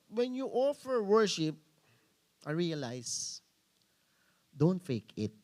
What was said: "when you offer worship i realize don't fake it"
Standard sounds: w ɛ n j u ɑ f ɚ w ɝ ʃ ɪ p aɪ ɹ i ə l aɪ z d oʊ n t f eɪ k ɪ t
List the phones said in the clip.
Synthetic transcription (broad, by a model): w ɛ n j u ɑ f ɚ w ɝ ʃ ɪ p aɪ ɹ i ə l aɪ s d oʊ n t f eɪ k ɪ t